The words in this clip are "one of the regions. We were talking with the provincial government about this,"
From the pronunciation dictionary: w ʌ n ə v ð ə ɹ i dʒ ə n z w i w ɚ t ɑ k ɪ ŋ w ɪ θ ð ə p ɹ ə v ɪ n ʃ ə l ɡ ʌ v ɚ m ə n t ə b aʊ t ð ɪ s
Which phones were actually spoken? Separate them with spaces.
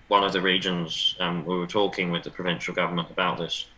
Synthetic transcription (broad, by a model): w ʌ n ə v ð ə ɹ i dʒ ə n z w i w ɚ t ɑ k ɪ ŋ w ɪ ð ə p ɹ ə v ɪ n ʃ ə l ɡ ʌ v ɚ m ə n t ə b aʊ t ð ɪ s